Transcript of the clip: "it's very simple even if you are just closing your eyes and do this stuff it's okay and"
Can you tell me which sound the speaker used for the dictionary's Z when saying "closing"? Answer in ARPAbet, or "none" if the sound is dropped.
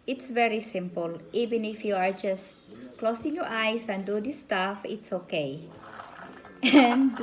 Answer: S